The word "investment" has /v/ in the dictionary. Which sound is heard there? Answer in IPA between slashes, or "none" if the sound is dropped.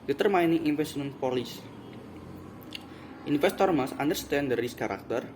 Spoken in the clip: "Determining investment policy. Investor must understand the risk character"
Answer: /f/